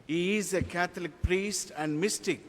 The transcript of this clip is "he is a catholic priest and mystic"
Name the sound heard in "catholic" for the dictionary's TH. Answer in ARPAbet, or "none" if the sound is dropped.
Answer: T